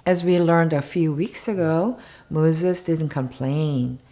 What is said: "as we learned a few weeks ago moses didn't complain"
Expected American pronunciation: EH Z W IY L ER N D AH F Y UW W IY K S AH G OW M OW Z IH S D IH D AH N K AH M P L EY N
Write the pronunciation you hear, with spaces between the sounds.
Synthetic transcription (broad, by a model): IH Z W IY L ER N D AH F Y UW W IY K S AH G OW M OW Z IH S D IH D N K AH M P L EY N